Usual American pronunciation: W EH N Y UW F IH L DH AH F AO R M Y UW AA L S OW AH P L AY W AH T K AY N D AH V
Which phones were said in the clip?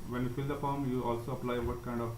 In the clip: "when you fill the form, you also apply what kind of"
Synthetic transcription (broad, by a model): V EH N Y UW F IH L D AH P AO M Y UW AA L S OW AH P L AY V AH T K AY N D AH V